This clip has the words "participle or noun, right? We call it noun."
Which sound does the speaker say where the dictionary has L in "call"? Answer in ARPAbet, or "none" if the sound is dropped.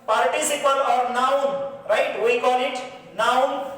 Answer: N